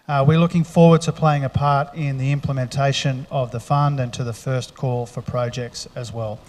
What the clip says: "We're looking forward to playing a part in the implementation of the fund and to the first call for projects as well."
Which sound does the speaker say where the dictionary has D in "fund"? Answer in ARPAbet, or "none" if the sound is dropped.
D